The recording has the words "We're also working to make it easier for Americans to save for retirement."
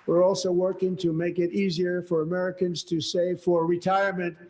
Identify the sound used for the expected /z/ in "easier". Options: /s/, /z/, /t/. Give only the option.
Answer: /z/